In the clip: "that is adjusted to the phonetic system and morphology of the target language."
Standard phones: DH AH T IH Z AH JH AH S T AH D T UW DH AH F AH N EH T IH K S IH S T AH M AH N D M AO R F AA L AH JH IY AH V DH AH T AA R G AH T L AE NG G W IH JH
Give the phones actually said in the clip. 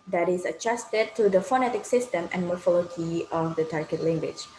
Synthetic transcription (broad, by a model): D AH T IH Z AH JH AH S T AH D T UW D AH F AH N EH T IH K S IH S T AH M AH N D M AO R F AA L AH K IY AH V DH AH T AA R G AH T L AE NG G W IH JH